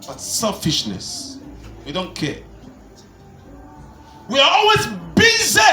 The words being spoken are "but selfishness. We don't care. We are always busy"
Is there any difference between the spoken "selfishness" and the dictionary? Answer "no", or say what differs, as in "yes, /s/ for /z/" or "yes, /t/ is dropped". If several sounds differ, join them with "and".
no